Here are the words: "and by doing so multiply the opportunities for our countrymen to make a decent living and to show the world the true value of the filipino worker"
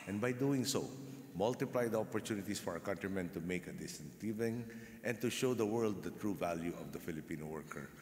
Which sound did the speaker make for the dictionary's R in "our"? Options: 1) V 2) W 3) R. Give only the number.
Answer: 3